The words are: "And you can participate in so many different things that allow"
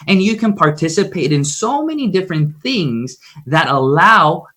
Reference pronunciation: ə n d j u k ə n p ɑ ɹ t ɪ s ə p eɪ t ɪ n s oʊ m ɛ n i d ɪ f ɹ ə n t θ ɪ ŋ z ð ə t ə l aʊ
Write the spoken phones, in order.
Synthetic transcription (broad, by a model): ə n j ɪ k ə n p ɑ ɹ t ɪ s ə p eɪ t ɪ n s oʊ m ɛ n i d ɪ f ɹ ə n θ ɪ ŋ z ð ə t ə l aʊ